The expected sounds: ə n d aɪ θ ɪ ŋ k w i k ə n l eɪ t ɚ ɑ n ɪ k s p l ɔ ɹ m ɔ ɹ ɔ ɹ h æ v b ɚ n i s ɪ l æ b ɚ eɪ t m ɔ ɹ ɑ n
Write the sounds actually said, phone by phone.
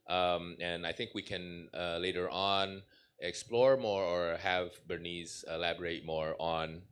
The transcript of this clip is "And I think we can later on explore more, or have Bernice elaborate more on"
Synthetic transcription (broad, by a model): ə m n aɪ θ ɪ ŋ k w i k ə n l eɪ t ɚ ɑ n ɪ k s p l ɔ ɹ m ɔ ɹ ɔ ɹ h æ v b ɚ n i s ɪ l æ b ɚ eɪ t m ɔ ɹ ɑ n